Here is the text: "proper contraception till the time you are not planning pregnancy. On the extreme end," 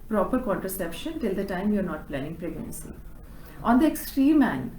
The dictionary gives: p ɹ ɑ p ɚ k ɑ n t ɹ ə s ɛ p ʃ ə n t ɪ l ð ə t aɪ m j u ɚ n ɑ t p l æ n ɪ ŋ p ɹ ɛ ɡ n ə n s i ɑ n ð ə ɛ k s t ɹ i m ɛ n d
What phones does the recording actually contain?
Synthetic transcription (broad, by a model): p ɹ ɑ p ɚ k ɑ n t ɹ ə s ɛ p ʃ ə n t ɪ l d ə t aɪ m j u ɚ n ɑ t p l æ n ɪ ŋ p ɹ ɛ ɡ n ə n s i ɑ n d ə ɛ k s t ɹ i m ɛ n